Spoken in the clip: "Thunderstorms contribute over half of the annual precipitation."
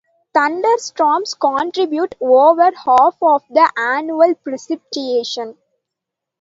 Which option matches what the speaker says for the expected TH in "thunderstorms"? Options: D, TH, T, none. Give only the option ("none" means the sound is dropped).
T